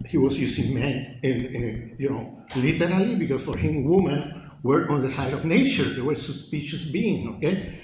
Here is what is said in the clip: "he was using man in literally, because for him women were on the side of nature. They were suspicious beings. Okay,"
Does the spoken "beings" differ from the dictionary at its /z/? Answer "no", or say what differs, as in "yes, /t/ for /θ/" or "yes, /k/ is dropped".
yes, /z/ is dropped